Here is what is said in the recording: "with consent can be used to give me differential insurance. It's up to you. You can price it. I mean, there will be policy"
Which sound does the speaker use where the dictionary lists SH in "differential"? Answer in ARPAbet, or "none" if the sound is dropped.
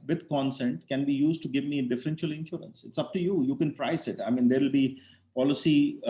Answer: SH